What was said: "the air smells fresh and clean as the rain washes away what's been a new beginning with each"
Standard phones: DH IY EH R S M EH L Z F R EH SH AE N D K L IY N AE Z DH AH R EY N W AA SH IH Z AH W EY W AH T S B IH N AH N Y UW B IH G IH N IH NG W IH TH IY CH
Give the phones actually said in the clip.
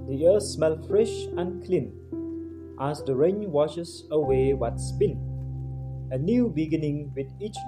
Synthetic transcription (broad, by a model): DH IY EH S M EH L F R EH SH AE N K L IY N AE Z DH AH R EY N W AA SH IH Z AH W EY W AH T S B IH N AH N Y UW B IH G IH N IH NG W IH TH IY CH